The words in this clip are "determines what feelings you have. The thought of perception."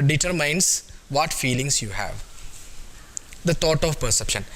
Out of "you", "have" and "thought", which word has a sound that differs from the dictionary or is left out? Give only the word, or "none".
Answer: thought